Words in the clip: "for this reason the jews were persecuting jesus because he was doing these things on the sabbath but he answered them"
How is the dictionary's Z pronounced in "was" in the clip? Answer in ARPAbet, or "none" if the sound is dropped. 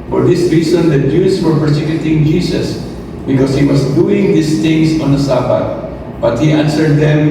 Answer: S